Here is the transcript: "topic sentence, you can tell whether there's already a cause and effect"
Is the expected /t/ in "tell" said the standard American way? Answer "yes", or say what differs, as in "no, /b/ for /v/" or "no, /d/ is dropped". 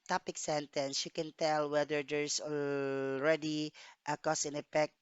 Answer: yes